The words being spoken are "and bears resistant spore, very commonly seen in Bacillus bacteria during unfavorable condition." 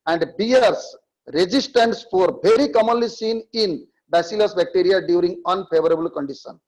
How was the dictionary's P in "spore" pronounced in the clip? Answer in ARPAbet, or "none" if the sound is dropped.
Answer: F